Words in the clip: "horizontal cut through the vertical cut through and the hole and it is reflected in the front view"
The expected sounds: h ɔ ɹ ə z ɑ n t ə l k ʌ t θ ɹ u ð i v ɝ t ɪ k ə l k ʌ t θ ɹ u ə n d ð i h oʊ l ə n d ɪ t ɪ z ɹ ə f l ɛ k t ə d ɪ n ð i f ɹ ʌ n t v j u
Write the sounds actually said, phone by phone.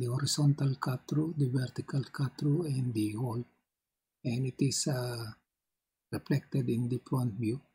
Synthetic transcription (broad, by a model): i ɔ ɹ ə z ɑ n t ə l k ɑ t ɹ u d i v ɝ t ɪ k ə l k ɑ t ɹ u ə n d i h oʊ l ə n ɪ t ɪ s ɹ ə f l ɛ k t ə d ɪ n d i p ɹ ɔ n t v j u